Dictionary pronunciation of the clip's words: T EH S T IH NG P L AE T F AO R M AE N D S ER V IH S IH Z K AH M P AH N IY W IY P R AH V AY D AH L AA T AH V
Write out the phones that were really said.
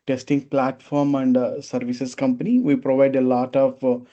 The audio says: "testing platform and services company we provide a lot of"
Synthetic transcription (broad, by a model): T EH S T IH NG P L AE T F AO R M AE N D S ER V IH S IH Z K AH M P AH N IY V IY P R AH V AY D AH L AA T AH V